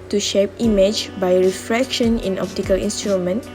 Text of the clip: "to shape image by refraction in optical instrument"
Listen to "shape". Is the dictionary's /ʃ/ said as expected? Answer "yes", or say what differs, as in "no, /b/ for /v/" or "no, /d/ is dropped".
yes